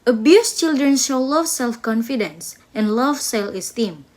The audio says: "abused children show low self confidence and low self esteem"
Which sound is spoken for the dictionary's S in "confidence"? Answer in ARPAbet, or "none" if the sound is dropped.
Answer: S